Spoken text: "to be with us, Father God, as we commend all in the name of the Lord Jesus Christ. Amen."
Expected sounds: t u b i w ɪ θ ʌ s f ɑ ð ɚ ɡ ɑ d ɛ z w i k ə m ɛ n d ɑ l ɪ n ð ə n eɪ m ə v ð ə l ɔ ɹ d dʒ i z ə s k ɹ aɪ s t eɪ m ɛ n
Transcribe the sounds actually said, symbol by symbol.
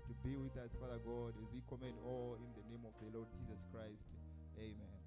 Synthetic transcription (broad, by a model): t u b i w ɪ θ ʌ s f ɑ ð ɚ ɡ ɑ d ɛ z w i k ə m ɛ n d ɑ l ɪ n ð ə n eɪ m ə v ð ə l ɔ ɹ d dʒ i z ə s k ɹ aɪ s t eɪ m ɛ n